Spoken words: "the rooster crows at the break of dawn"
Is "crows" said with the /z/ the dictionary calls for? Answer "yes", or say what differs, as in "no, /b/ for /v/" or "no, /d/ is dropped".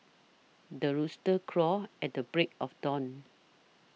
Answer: no, /z/ is dropped